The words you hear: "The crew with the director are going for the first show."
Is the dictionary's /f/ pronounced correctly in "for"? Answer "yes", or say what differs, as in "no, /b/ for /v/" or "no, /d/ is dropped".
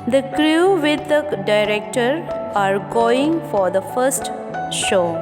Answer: yes